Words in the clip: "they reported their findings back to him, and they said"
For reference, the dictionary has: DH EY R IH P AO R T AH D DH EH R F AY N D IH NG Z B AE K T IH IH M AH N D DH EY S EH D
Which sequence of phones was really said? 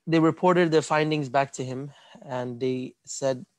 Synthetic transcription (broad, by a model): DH EY R IH P AO R T AH D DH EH R F AY N D IH NG Z B AE K T IH IH M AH N DH EY S EH D